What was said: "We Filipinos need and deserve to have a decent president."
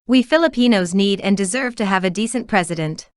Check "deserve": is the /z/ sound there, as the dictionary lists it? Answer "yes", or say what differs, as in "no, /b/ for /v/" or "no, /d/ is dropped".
yes